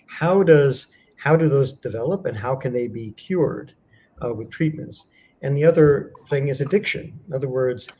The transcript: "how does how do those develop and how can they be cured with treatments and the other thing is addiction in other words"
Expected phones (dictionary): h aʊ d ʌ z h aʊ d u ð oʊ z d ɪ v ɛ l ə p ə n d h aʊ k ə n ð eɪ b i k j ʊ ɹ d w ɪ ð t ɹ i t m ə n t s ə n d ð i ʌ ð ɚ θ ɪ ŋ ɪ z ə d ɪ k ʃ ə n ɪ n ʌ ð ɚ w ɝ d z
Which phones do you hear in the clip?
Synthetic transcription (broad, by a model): h aʊ d ʌ z h aʊ d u ð oʊ z d ɪ v ɛ l ə p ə n h aʊ k ə n ð eɪ b i k j ʊ ɹ d w ɪ ð t ɹ i t m ə n t s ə n ð i ʌ ð ɚ θ ɪ ŋ ɪ z ə d ɪ k ʃ ə n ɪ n ʌ ð ɚ w ɝ d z